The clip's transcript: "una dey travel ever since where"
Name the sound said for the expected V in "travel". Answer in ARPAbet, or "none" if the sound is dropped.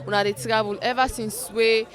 B